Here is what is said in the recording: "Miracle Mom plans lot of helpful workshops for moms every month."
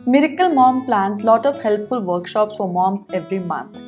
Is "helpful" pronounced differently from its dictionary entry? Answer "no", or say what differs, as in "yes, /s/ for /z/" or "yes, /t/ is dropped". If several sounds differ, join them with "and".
no